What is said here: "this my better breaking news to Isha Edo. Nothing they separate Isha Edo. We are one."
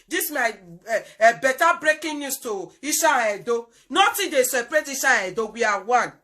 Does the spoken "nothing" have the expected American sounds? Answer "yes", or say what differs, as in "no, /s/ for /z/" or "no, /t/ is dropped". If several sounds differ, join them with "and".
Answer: no, /t/ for /θ/